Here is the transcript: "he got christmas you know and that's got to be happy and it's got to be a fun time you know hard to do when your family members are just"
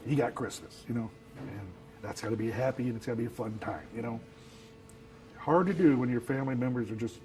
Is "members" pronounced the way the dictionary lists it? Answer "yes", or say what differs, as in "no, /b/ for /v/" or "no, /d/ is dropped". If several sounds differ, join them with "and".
yes